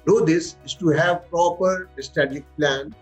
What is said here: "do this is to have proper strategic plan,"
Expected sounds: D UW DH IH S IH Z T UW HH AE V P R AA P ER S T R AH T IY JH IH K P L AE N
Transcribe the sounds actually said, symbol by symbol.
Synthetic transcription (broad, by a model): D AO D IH S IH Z T UW HH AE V P R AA P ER S T AH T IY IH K P L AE N